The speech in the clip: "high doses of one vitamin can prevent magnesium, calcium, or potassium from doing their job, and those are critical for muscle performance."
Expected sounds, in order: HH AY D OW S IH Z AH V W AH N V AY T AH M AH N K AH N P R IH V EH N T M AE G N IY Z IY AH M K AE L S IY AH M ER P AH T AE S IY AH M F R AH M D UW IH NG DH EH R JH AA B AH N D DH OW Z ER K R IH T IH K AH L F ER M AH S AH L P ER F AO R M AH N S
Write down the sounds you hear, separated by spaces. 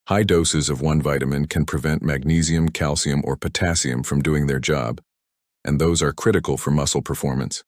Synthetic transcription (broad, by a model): HH AY D OW S IH Z AH V W AH N V AY T AH M AH N K AH N P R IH V EH N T M AE G N IY Z IY AH M K AE L S IY AH M ER P AH T AE S IY AH M F R AH M D UW IH NG DH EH R JH AA B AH N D DH OW Z ER K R IH T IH K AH L F ER M AH S L P ER F AO R M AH N S